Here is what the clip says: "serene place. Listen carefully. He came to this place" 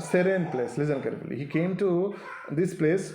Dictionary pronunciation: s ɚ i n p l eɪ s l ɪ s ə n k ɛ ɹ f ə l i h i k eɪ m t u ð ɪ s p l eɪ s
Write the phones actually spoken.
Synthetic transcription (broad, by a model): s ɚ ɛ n p l eɪ s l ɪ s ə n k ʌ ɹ ə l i h i k eɪ m t u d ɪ s p l eɪ s